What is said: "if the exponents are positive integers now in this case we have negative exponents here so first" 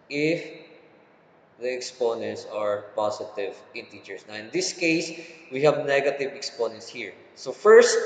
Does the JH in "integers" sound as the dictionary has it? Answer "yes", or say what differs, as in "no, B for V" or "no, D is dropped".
no, CH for JH